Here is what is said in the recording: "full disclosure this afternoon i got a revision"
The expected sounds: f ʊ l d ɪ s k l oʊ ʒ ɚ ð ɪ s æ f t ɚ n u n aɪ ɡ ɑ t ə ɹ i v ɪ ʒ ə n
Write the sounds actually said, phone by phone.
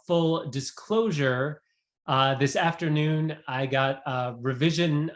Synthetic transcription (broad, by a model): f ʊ l d ɪ s k l oʊ ʒ ɚ ð ɪ s æ f t ɚ n u n aɪ ɡ ɑ t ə ɹ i v ɪ ʒ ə n